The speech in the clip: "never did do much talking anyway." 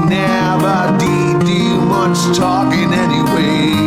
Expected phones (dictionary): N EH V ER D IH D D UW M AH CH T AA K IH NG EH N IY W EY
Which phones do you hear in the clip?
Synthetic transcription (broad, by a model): N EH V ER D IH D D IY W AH S T AA K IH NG EH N IY W EY